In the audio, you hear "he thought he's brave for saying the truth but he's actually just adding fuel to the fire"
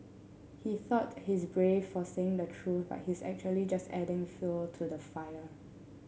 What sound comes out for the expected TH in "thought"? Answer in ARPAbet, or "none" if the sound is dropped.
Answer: TH